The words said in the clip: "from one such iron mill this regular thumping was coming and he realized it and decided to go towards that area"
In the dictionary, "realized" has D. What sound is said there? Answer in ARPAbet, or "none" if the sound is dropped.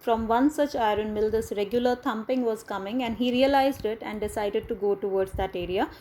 D